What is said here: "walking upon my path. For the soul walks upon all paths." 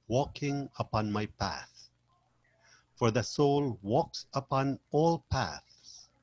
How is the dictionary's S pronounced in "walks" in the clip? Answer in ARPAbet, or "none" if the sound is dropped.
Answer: S